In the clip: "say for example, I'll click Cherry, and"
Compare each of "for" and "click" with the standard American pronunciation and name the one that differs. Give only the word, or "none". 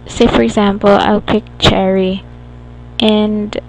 click